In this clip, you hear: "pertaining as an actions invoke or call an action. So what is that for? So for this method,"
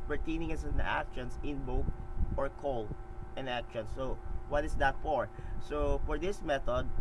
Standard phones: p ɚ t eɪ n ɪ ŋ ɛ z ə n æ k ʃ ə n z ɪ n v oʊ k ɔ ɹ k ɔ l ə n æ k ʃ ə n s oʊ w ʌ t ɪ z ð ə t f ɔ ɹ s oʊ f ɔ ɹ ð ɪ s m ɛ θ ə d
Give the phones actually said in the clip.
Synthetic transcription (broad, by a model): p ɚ t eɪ n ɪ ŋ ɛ s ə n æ k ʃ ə n s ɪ n b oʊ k ɔ ɹ k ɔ l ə n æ k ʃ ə n s oʊ w ʌ t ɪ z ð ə t f ɔ ɹ s oʊ f ɔ ɹ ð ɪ s m ɛ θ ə d